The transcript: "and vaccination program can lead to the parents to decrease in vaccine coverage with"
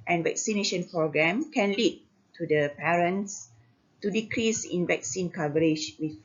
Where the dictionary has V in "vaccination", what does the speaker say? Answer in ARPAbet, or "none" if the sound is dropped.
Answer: V